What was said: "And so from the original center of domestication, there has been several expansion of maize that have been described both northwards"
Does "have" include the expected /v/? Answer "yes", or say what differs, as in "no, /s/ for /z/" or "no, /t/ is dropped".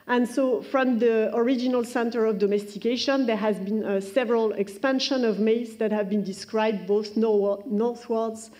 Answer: yes